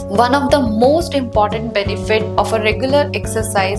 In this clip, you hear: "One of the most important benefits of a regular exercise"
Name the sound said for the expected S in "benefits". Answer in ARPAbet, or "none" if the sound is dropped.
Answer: none